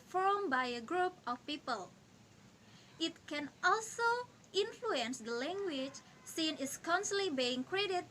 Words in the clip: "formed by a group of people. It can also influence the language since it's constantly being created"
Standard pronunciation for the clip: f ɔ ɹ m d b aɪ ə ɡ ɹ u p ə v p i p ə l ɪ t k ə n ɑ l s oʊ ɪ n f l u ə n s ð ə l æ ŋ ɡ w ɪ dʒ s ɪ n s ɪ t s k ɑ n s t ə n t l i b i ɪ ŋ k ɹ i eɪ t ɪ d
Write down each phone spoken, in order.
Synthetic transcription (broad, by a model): f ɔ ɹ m b aɪ ə ɡ ɹ u p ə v p i p ə l ɪ t k ə n ɑ l s oʊ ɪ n f l u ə n s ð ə l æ ŋ ɡ w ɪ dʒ s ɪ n ɪ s k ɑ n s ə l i b i ɪ ŋ k ɹ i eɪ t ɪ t